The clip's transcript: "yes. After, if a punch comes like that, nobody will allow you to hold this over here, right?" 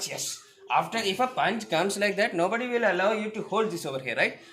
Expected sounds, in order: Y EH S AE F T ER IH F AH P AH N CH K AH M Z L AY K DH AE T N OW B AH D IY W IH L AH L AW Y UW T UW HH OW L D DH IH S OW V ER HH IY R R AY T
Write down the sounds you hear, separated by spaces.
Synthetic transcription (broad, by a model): Y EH S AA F T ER IH F AH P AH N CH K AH M S L AY K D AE T N OW B AH D IY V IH L AH L AW Y UW T UW HH OW L D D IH S OW V ER HH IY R R AY T